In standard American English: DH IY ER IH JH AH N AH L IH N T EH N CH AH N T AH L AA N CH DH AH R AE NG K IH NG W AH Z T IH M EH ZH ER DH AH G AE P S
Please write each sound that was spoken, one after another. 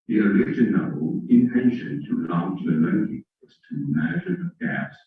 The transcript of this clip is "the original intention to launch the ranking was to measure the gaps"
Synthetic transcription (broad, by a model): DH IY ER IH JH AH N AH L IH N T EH N SH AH N T AH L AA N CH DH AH L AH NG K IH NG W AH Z T IH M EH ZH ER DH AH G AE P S